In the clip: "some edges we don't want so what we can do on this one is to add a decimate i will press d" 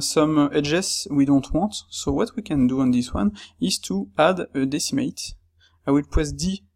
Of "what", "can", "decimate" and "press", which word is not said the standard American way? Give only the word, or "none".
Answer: press